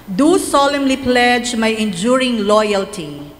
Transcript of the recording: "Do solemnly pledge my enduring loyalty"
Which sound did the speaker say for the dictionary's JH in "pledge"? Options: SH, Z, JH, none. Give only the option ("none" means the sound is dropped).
JH